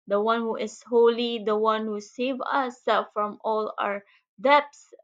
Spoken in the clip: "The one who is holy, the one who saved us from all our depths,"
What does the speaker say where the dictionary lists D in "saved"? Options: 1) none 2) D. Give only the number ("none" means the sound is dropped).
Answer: 1